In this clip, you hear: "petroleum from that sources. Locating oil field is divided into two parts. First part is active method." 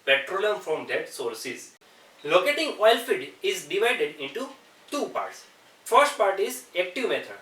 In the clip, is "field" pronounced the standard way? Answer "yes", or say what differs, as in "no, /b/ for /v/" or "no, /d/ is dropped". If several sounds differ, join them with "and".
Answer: no, /l/ is dropped